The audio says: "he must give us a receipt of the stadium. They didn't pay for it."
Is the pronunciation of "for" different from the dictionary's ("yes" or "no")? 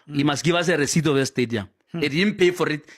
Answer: no